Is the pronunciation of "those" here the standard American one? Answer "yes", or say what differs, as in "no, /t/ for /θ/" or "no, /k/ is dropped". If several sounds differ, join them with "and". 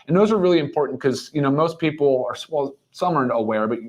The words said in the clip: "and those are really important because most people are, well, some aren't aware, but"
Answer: yes